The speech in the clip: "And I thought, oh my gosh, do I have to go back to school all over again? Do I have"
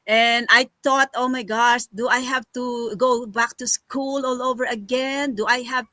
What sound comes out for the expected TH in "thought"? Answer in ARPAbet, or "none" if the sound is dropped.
T